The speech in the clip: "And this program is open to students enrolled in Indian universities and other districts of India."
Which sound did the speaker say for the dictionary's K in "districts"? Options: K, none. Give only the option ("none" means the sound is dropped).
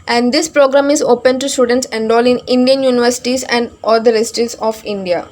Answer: none